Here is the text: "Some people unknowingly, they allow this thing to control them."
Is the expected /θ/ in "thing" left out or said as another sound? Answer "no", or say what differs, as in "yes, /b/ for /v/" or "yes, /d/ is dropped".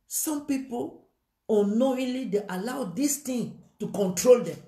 yes, /t/ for /θ/